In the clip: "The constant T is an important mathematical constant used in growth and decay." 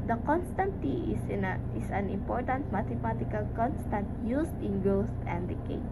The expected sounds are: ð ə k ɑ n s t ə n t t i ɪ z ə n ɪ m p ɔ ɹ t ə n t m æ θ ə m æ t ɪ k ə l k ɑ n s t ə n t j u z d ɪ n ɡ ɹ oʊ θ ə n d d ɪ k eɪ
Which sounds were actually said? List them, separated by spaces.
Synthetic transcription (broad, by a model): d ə k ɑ n s t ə n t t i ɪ s ə n ɪ m p ɔ ɹ t ə n t m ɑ t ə m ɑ t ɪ k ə l k ɑ n s t ə n t j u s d ɪ n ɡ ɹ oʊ t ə n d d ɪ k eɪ